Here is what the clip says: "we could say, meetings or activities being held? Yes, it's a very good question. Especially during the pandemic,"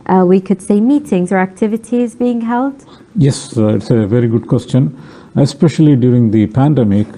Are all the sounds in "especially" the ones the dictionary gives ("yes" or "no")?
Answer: yes